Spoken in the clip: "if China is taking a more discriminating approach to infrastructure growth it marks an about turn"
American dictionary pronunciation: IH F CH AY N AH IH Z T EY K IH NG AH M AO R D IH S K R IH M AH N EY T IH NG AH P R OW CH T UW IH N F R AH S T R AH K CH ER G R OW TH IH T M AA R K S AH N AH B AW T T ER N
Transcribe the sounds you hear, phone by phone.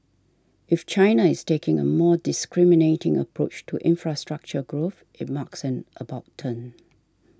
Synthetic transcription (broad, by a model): IH F CH AY N AH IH S T EY K IH NG AH M AO D IH S K R IH M AH N EY T IH NG AH P R OW CH T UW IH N F R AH S T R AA K CH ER G R OW TH IH T M AA K S AH N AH B AW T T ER N